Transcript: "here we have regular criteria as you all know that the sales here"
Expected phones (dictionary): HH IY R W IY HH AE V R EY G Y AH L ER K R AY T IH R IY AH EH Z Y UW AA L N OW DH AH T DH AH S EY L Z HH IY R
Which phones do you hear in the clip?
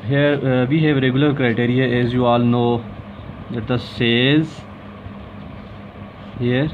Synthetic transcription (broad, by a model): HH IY R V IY HH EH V R EY G Y AH L ER K R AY T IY R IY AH EH Z Y UW AA L N OW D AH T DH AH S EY Z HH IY R